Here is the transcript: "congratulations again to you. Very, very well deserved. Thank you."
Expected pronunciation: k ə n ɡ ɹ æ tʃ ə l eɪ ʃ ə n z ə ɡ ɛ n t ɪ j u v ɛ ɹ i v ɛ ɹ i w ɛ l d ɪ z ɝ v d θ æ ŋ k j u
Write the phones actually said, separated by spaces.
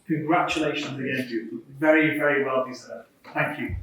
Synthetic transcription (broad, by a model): k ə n ɡ ɹ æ tʃ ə l eɪ ʃ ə n z ə ɡ ɛ n s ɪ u v ɛ ɹ i v ɛ ɹ i w ɛ l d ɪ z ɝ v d θ æ ŋ k j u